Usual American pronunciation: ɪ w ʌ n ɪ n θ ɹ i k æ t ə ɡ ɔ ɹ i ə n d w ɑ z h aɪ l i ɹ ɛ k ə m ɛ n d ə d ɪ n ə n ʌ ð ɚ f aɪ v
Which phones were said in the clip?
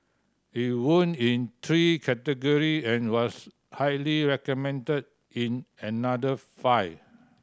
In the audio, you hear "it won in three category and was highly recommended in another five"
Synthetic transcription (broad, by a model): ɪ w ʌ n ɪ n t ɹ i k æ t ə ɡ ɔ ɹ i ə n w ɑ s h aɪ l i ɹ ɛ k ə m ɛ n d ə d ɪ n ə n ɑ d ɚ f aɪ